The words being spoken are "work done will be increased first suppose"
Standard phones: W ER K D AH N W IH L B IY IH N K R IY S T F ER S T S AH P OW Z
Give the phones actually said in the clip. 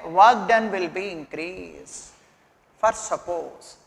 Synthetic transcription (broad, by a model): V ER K D AH N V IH L B IY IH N K R IY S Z F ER T S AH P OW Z